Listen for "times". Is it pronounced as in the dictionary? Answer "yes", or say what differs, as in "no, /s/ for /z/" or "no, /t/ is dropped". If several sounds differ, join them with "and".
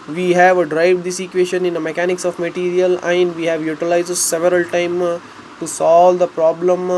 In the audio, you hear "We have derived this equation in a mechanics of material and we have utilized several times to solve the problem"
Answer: no, /z/ is dropped